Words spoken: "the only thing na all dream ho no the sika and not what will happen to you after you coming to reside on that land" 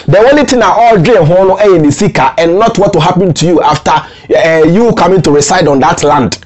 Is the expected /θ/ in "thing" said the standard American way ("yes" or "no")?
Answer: no